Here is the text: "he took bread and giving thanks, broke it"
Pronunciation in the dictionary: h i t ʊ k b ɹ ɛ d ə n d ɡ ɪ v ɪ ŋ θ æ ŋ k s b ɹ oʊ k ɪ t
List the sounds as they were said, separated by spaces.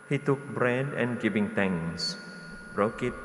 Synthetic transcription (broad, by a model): h i t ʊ k b ɹ ɛ d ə n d ɡ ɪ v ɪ ŋ t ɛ ŋ s b ɹ oʊ k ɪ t